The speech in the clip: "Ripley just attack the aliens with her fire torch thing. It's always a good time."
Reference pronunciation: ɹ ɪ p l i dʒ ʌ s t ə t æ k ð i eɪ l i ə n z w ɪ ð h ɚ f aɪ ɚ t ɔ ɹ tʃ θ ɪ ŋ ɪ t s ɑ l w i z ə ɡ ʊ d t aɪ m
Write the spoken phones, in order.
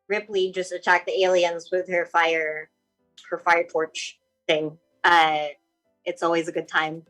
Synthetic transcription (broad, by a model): ɹ ɪ p l i dʒ ʌ s t ə t æ k ð i eɪ l i ə n z w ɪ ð h ɚ f aɪ ɚ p ɔ ɹ tʃ θ ɪ ŋ ɪ t s ɑ l w i z ə ɡ ʊ d t aɪ m